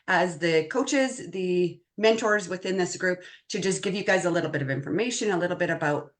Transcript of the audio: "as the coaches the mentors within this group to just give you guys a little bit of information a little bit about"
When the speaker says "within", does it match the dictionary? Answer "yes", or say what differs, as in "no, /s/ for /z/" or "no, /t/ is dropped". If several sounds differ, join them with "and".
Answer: yes